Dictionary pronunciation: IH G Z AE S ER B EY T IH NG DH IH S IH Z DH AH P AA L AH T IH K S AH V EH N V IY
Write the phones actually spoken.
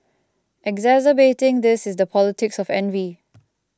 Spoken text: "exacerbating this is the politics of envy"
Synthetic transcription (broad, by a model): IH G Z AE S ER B EY T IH NG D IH S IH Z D AH P AA L AH T IH K S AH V EH N V IY